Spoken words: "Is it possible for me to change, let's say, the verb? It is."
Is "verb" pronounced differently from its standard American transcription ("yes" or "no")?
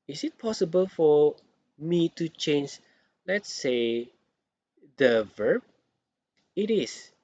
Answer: no